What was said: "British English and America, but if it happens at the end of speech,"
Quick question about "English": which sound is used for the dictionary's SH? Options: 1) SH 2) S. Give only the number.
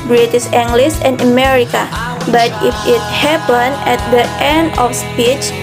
2